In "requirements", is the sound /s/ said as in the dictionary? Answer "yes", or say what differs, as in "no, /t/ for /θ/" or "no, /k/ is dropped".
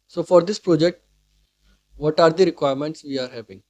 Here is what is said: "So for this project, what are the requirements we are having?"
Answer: yes